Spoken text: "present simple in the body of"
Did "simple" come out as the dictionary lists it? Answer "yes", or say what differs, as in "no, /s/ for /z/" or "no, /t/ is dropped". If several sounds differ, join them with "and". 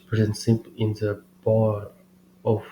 no, /m/ is dropped